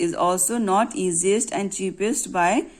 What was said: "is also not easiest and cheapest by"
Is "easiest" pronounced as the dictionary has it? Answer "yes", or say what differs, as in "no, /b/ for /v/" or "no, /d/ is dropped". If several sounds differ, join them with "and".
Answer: yes